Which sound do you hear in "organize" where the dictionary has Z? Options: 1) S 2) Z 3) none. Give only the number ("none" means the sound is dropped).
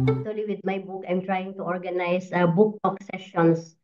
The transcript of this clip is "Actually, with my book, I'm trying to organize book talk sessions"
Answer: 1